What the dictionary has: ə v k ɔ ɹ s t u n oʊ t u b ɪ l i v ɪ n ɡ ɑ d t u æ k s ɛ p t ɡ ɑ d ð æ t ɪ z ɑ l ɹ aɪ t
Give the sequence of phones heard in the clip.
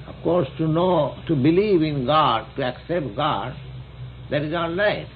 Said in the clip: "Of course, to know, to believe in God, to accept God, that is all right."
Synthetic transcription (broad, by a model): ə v k ɔ ɹ s t u n oʊ t u b ɪ l i v ɪ n ɡ ɑ d t u æ k s ɛ p t ɡ ɑ d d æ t ɪ z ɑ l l aɪ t